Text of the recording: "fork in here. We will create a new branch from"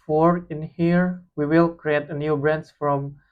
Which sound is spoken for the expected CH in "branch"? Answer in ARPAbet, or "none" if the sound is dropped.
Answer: S